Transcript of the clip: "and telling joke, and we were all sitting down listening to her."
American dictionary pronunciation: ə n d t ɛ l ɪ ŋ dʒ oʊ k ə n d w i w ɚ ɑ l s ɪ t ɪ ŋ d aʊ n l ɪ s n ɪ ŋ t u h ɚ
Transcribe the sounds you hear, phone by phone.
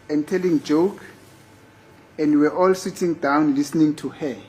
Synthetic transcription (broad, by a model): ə n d t ɛ l ɪ ŋ dʒ oʊ k ə n d w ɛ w ɑ l s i t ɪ ŋ d aʊ n l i s n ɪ ŋ t u h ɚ